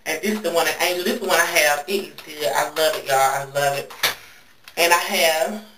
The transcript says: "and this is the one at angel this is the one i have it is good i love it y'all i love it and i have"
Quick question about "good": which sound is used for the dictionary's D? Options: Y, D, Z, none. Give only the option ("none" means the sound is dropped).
none